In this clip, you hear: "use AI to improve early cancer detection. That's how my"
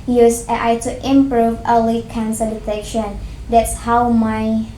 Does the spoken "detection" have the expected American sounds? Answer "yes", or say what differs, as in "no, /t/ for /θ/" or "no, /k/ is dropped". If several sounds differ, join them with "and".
no, /k/ is dropped